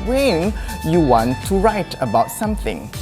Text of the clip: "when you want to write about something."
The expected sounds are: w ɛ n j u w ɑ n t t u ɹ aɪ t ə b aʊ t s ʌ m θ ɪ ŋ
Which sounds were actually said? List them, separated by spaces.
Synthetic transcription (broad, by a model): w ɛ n j u w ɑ n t t u ɹ aɪ t ə b aʊ t s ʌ m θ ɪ ŋ